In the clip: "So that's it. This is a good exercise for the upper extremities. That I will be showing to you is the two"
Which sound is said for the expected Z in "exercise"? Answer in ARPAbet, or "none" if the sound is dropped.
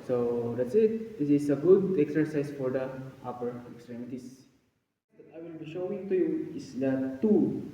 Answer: S